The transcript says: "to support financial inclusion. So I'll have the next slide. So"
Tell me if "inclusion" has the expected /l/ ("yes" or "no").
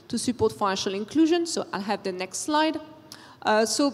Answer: yes